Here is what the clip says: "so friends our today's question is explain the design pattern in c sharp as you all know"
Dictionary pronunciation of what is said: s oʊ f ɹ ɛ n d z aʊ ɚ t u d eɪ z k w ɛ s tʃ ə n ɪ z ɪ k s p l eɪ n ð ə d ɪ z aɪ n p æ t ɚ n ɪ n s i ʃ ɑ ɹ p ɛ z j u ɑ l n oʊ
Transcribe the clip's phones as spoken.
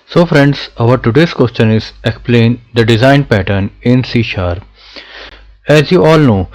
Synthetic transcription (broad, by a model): s oʊ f ɹ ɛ n d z aʊ ɚ t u d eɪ s k w ɛ s tʃ ə n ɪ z ɪ k s p l eɪ n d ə d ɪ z aɪ n p æ t ɚ n ɪ n s i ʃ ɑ ɹ ɛ z j u ɑ l n oʊ